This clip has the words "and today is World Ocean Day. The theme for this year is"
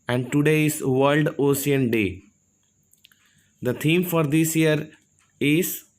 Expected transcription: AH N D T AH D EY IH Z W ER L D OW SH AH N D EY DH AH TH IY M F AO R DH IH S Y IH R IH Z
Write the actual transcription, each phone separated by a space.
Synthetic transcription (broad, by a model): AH N D T AH D EY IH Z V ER L D OW S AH N D EY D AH T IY M F AO R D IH S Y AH R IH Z